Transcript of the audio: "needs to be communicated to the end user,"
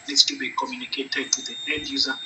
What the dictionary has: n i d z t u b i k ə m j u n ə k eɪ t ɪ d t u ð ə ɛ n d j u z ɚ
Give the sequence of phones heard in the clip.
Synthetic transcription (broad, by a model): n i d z t u b i k ə m j u n ə k eɪ t ɪ d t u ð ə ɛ d j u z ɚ